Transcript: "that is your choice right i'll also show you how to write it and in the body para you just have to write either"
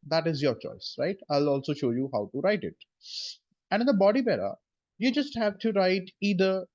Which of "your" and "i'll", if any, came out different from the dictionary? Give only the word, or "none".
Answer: none